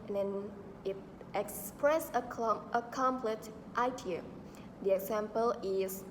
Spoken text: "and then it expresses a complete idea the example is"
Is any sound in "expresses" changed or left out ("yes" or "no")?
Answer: yes